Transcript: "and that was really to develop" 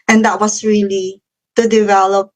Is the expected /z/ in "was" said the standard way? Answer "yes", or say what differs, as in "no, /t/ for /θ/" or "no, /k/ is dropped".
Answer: no, /s/ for /z/